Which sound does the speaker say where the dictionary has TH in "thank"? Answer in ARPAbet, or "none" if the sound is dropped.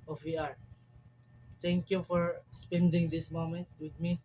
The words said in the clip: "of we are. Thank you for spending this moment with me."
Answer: T